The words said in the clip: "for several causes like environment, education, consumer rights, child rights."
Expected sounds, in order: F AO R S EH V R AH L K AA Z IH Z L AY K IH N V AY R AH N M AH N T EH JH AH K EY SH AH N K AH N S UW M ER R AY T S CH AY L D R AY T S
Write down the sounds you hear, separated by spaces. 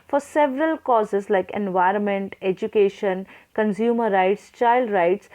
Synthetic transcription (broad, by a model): F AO R S EH V R AH L K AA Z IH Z L AY K IH N V AY R AH N M AH N T EH JH AH K EY SH AH N K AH N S UW M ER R AY T S CH AY L D R AY T S